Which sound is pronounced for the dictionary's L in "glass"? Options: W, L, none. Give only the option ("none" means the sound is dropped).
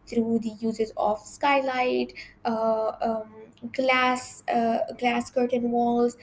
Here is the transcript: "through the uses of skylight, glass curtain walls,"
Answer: L